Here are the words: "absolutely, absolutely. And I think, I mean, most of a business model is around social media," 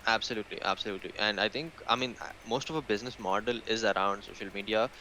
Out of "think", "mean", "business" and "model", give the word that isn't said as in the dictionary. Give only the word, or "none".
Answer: think